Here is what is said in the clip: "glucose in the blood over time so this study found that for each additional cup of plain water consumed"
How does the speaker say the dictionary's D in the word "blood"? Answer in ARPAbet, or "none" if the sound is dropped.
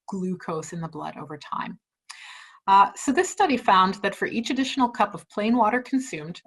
D